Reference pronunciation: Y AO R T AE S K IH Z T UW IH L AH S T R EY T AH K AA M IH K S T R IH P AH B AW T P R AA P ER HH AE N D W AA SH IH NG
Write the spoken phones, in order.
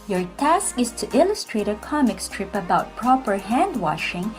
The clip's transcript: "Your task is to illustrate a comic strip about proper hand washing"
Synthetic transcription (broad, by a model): Y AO R T AE S K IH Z T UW IH L AH S T R EY T AH K AA M IH K S T R IH P AH B AW T P R AA P ER HH AE N D W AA SH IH NG